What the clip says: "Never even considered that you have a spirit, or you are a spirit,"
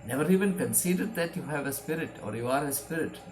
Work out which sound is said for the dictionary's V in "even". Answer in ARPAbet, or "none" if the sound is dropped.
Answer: V